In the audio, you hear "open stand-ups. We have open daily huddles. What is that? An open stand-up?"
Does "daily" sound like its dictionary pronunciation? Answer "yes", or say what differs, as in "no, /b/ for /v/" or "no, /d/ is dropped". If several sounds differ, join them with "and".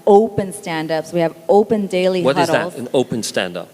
no, /l/ is dropped